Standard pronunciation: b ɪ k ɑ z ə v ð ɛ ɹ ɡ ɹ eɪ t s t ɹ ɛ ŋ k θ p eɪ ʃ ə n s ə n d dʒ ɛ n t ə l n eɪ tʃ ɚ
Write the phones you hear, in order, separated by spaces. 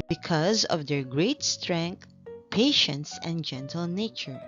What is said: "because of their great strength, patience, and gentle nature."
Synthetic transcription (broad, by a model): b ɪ k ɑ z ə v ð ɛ ɹ ɡ ɹ eɪ t s t ɹ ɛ ŋ k t p eɪ ʃ ə n s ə n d dʒ ɛ n t ə l n eɪ tʃ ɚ